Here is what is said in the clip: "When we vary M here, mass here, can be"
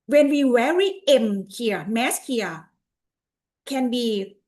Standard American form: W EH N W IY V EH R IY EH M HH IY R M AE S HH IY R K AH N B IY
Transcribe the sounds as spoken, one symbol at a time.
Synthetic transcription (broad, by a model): W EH N W IY W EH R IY EH M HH IY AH M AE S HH IY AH K AH N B IY